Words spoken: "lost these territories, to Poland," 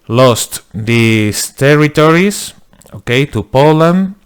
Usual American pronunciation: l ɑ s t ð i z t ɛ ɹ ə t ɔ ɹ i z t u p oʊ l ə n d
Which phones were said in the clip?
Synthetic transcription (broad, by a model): l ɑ s t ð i s t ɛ ɹ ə t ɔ ɹ i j t u p oʊ l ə n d